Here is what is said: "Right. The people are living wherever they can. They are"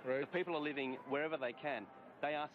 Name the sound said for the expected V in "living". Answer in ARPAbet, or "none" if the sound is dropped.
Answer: V